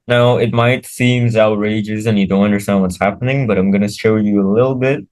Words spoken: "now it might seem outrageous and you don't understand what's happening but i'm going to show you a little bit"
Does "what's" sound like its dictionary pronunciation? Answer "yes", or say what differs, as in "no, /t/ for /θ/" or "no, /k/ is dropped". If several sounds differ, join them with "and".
yes